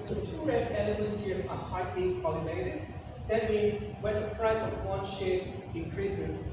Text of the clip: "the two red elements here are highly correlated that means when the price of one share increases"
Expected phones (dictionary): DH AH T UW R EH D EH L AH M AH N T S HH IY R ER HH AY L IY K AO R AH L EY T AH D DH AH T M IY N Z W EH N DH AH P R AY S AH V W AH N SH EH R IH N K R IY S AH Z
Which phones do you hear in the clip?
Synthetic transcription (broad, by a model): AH T UW R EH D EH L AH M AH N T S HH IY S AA HH AY L IY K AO L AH N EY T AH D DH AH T M IY N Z W EH N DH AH P R AY S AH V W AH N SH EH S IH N K R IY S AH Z